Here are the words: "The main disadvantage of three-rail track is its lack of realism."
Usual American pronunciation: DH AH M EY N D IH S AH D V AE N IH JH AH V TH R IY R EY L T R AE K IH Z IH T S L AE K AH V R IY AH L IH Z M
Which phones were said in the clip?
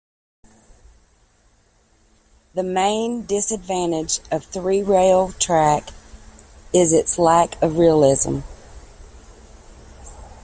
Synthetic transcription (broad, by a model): DH AH M EY N D IH S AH D V AE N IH JH AH V TH R IY R EY L T R AE K IH Z IH T S L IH K AH V R IY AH L IH Z M